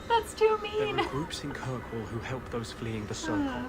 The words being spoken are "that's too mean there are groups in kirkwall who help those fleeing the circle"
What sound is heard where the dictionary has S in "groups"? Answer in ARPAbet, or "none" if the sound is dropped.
S